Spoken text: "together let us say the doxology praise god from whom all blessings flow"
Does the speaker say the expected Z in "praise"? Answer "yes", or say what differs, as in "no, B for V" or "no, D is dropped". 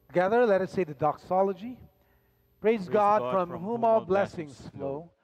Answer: yes